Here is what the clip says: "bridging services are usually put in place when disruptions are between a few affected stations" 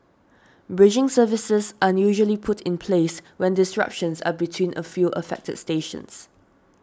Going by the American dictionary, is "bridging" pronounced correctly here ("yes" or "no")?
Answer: yes